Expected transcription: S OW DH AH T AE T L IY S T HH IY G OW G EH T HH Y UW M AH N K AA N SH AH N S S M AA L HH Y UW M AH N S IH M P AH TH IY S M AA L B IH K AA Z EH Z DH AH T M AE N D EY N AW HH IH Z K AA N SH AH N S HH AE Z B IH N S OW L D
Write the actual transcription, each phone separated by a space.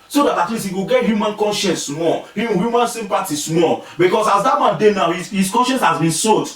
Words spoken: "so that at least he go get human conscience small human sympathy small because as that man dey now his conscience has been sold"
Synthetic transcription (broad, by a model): S OW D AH T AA T L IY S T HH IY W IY G EH T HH Y UW M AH N K AA N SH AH N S S M AA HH HH Y UW M AH N S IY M P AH T IY S M AA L B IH K AA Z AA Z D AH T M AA N D EY N AW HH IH S K AA N SH AH N S HH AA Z B IH N S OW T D